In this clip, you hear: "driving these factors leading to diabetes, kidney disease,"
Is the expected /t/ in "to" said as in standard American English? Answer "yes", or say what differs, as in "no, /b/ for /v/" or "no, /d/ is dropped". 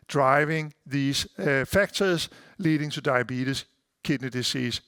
no, /s/ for /t/